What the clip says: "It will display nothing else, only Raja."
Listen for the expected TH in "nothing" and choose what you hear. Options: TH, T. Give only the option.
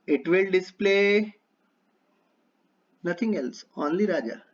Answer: T